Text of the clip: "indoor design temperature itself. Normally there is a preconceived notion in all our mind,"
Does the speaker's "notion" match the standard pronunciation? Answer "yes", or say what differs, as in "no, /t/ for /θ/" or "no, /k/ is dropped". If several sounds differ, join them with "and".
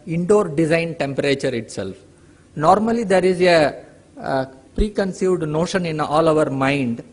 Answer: yes